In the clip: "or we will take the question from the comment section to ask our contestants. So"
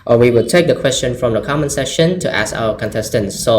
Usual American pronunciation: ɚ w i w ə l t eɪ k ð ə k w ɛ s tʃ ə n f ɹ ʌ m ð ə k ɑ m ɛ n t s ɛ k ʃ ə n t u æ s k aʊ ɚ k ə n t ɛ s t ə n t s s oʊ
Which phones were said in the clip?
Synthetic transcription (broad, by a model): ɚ w i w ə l t eɪ k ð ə k w ɛ s tʃ ə n f ɹ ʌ m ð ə k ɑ m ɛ n s ɛ ʃ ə n t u æ s k aʊ ɚ k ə n t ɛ s t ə n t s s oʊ